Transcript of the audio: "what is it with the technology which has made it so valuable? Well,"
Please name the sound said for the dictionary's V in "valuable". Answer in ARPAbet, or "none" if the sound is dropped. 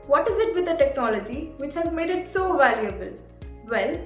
V